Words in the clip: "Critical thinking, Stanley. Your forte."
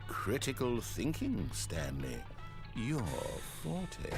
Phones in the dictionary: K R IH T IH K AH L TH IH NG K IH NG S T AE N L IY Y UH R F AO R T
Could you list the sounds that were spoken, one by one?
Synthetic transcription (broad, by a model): K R IH T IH K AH L TH IH NG K IH NG S T AE N L IY Y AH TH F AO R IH